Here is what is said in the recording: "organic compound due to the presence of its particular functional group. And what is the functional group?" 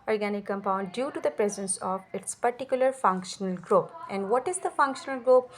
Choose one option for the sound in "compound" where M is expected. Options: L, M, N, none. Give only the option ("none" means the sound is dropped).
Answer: M